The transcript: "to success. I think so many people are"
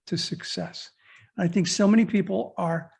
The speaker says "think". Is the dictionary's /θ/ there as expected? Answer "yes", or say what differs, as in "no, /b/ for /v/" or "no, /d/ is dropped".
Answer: yes